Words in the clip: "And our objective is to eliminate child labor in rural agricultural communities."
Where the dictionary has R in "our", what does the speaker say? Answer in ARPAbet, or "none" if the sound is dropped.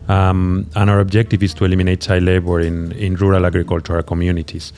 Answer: R